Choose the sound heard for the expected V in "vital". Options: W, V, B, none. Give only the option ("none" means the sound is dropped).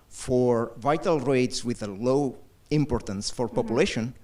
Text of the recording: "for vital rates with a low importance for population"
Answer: V